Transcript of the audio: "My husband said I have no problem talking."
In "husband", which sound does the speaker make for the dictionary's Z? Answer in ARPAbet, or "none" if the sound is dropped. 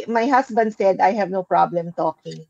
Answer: S